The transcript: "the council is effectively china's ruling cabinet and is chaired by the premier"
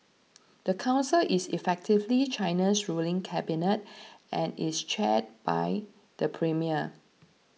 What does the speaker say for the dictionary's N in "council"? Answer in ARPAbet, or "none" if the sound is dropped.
N